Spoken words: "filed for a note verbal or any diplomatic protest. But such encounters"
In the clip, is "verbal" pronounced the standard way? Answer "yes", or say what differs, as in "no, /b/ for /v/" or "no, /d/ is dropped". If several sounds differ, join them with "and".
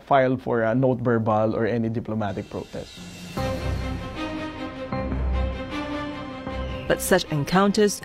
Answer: no, /b/ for /v/